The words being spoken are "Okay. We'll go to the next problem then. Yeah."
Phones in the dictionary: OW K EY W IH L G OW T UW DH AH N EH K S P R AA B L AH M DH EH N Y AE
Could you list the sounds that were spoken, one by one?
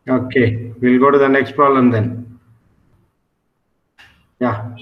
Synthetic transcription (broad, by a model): OW K EY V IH L G OW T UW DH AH N EH K S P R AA L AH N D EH N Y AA